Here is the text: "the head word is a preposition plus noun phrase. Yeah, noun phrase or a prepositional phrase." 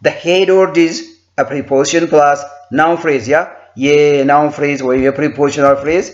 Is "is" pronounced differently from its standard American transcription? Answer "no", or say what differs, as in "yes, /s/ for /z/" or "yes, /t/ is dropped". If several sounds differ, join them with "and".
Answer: no